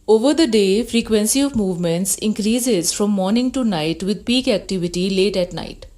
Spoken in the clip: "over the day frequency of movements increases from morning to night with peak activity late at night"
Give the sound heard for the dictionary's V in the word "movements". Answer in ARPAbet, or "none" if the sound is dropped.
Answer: V